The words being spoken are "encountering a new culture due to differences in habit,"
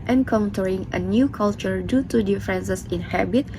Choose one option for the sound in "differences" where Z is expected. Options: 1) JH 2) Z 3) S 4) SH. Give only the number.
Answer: 3